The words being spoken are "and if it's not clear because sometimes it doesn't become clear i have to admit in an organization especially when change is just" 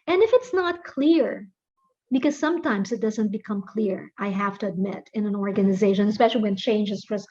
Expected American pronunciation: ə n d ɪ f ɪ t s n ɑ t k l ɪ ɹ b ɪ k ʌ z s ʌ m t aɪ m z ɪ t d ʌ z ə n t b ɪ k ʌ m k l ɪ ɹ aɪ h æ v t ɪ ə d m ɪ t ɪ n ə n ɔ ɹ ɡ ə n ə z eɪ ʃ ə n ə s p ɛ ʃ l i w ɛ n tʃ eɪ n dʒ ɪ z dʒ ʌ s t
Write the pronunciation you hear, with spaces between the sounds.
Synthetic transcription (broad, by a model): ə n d ɪ f ɪ t s n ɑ t k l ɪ ɹ b ɪ k ʌ z s ʌ m t aɪ m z ɪ t d ʌ z ə n t b ɪ k ʌ m k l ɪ ɹ aɪ h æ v t ɪ ə d m ɪ t ɪ n ə n ɔ ɹ ɡ ə n ə z eɪ ʃ ə n ə s p ɛ ʃ l i w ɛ n tʃ eɪ n dʒ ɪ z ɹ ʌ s